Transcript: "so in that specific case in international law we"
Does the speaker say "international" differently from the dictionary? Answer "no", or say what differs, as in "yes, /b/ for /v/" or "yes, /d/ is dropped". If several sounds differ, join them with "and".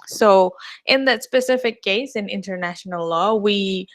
no